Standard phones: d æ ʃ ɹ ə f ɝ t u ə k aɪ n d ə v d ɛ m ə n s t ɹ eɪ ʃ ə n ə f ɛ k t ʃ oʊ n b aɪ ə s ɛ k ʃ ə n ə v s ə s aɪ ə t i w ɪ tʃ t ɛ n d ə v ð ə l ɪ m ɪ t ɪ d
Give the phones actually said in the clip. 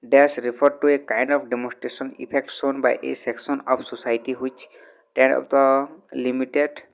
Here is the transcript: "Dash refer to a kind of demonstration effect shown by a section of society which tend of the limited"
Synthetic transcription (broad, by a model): d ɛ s ɹ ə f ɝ t u ə k aɪ n d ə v d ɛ m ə n s t ɹ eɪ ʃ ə n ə p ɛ k t s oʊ n b aɪ ə s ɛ k s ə n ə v s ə s aɪ t i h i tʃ t ɛ n d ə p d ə l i m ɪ t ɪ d